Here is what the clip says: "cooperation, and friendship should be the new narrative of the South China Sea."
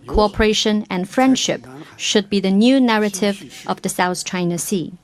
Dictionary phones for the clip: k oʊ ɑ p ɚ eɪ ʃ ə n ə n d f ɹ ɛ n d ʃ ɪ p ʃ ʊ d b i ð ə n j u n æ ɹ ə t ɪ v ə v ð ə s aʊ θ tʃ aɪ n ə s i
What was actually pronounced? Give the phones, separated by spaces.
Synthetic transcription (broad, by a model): k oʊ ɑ p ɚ eɪ ʃ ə n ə n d f ɹ ɛ n d ʃ ɪ p ʃ ʊ d b i ð ə n j u n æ ɹ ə t ɪ v ə v ð ə s aʊ θ tʃ aɪ n ə s i